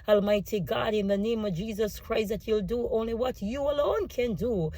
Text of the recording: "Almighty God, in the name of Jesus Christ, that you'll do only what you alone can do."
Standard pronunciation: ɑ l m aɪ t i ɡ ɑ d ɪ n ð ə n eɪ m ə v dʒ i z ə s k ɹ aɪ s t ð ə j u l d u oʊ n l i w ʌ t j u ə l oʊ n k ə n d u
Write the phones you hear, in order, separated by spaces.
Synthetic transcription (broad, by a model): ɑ l m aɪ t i ɡ ɑ d ɪ n ð ə n eɪ m ə v dʒ i z ə s k ɹ aɪ s t ð ə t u l d u oʊ n l i w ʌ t j u ə l oʊ n k ə n d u